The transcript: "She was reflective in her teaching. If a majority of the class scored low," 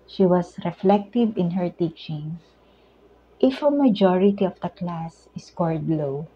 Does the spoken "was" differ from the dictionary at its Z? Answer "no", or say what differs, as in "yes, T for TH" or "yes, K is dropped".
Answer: yes, S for Z